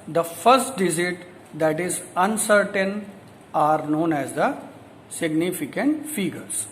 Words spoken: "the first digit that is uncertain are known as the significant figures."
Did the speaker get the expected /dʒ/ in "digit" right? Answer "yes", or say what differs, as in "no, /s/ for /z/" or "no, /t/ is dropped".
no, /z/ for /dʒ/